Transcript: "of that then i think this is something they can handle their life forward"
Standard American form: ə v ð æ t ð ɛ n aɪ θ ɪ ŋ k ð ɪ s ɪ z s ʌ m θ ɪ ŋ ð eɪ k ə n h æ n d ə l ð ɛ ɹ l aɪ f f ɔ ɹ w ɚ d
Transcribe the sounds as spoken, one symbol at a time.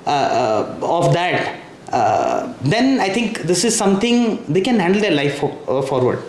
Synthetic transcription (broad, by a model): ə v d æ t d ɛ n aɪ t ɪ ŋ k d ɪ s ɪ z s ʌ m t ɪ ŋ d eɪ k ə n h æ n d ə l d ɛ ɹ l aɪ f f ɔ ɹ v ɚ d